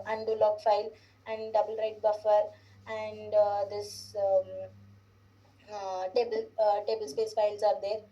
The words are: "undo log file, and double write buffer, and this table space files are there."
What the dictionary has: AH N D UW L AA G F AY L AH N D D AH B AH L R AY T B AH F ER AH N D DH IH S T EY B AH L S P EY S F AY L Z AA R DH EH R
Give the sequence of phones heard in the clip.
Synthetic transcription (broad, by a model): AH N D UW L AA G F AY L AH N D D AH B AH L R AY T B AH F ER AH N D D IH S T EY B AH L S P EY S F AY L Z AA R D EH R